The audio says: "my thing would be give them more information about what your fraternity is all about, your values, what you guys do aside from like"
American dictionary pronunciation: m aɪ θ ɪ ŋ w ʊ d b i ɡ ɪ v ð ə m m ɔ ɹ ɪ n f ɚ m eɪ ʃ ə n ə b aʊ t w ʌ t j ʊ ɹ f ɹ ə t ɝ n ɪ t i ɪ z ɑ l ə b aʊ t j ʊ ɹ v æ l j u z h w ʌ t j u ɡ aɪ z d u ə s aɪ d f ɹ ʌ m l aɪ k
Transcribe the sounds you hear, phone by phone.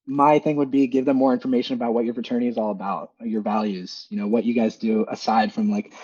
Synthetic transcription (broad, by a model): m aɪ θ ɪ ŋ w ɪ d b i ɡ ɪ v ð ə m m ɔ ɹ ɪ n f ɚ m eɪ ʃ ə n ə b aʊ t w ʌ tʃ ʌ ɹ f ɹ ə t ɝ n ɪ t i ɪ z ɑ l ə b aʊ t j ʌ ɹ v æ l j u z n w ʌ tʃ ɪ ɡ aɪ z d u ə s aɪ d f ɹ ʌ m l aɪ k